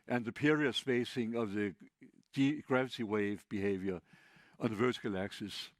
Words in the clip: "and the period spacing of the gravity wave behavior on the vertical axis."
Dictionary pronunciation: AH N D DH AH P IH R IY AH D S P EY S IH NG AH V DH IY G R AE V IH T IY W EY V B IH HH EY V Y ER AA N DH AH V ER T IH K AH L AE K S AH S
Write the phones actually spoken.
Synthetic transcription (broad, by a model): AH N DH AH P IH R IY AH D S B EY S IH NG AH V DH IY G R AE V IH T IY W EY V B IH HH EY V Y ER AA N DH AH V ER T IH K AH L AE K S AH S